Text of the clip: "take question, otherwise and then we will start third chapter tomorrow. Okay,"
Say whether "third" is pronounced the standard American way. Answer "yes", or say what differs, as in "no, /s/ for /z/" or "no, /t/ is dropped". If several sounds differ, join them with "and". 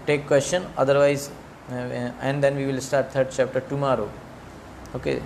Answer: no, /t/ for /θ/